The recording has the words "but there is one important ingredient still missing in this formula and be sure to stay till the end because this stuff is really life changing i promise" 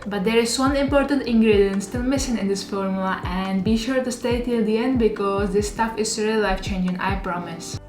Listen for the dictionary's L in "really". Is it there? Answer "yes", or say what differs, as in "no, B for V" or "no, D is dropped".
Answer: no, L is dropped